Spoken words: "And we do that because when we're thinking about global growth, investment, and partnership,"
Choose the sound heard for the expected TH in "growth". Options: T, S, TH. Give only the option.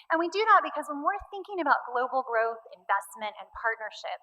TH